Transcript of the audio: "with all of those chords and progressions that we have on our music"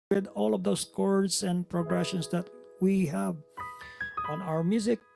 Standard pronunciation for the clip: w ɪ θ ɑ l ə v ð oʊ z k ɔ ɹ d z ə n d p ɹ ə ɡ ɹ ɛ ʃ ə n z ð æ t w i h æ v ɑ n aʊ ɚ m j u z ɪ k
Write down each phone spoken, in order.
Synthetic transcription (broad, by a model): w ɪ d ɑ l ə v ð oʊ s k ɔ ɹ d s ə n d p ɹ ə ɡ ɹ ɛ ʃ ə n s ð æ t w i h æ v ɑ n aʊ ɚ m j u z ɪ k